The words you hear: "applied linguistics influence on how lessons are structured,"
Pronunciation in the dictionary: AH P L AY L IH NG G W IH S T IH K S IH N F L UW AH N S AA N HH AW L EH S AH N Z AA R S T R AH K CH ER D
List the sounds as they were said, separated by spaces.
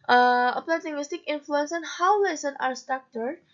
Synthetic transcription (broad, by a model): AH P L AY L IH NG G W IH S T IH K IH N F L UW AH N S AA N HH AW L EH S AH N AA R S T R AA K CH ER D